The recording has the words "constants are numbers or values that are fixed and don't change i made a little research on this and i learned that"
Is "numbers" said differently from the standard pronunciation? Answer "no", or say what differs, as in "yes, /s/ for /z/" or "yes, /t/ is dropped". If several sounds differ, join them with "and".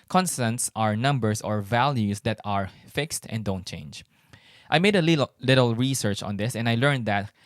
yes, /s/ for /z/